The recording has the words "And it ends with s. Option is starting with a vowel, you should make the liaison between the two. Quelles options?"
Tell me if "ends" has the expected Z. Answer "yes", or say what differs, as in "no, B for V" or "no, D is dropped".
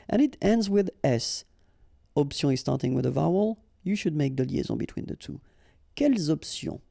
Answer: yes